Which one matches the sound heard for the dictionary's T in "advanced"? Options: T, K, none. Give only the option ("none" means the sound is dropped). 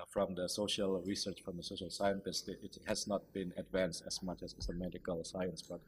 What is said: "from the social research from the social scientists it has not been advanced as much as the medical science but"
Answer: T